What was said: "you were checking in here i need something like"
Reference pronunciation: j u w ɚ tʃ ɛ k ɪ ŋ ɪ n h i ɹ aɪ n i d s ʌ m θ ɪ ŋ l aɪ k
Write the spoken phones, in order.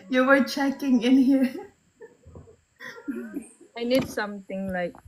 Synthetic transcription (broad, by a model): j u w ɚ tʃ ɛ k ɪ ŋ ɪ n h i ɹ aɪ n i d s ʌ m t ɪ ŋ l aɪ k